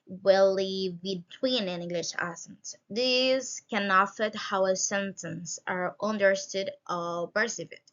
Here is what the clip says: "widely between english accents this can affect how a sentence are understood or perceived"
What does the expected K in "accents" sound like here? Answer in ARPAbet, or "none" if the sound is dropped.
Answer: none